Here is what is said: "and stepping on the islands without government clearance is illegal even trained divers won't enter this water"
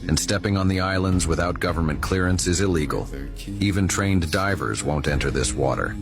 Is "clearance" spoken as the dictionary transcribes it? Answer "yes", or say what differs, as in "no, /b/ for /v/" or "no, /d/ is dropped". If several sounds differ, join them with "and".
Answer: yes